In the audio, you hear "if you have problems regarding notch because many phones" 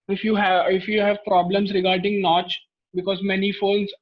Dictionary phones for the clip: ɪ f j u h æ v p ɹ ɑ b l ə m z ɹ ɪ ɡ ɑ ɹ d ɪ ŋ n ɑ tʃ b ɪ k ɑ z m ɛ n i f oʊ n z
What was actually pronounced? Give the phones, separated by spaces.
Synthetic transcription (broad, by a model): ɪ f j u h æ v p ɹ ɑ b l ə m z ɹ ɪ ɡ ɑ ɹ d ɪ ŋ n ɑ tʃ b ɪ k ɑ z m ɛ n i f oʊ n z